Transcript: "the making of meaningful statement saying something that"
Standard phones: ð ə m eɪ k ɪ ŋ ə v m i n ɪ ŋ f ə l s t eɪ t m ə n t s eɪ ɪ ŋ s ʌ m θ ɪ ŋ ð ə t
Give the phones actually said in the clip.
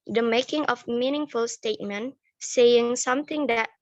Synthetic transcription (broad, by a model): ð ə m eɪ k ɪ ŋ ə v m i n ɪ ŋ f ə l s t eɪ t m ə n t s eɪ ɪ ŋ s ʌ m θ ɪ ŋ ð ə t